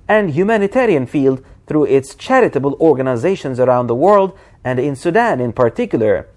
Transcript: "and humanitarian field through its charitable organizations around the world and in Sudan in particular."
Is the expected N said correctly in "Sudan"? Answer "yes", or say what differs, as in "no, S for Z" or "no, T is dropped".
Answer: yes